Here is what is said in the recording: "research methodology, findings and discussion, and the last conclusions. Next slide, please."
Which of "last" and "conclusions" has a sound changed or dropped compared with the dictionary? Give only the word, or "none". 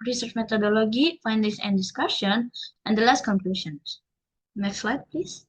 conclusions